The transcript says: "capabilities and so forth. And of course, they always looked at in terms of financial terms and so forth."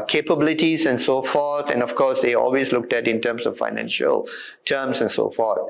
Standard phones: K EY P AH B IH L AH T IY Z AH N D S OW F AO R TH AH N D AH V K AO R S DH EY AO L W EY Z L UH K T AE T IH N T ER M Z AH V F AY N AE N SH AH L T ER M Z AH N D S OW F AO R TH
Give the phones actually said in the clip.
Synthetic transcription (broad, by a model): K EY P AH B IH L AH T IY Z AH N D S OW F AO R T AH N D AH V K AO R S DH EY AO L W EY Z L UH K T AE T IH N T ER M S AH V F AY N AE N SH AH L T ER M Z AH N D S OW F AO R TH